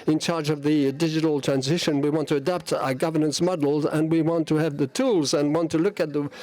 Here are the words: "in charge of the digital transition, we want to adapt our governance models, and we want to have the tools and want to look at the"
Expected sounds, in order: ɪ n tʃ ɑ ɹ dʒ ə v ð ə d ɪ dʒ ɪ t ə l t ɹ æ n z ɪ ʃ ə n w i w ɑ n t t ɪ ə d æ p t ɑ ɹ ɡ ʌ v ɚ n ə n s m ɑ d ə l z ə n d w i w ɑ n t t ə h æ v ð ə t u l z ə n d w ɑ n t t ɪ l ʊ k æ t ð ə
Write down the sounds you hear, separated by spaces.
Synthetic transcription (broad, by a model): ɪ n tʃ ɑ ɹ dʒ ə v ð ə d ɪ dʒ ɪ t l t ɹ æ n z ɪ ʃ ə n w i w ɑ n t t ɪ ə d æ p t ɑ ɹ ɡ ʌ v ɚ n ə n s m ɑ d l z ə n w i w ɑ n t t ə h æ v ð ə t u l z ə n w ɑ n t t ɪ l ʊ k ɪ t ð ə